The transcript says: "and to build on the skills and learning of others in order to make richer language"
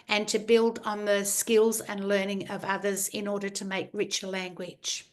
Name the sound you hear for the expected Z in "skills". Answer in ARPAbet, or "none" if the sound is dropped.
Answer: Z